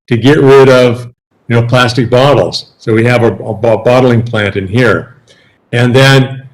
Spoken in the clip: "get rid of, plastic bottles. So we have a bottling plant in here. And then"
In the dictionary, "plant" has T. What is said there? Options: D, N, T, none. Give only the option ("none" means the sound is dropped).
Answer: T